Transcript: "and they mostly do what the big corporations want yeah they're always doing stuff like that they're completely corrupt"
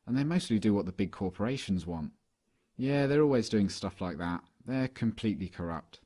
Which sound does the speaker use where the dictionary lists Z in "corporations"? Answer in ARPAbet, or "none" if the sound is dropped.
Z